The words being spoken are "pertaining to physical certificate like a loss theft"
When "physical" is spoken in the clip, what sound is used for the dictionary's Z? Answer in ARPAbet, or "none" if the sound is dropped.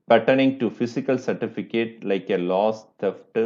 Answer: S